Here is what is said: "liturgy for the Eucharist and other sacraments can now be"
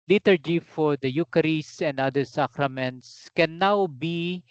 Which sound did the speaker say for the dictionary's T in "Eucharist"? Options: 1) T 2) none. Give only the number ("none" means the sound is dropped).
2